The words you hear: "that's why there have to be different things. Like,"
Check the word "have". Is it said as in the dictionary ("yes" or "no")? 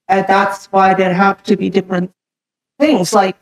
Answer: no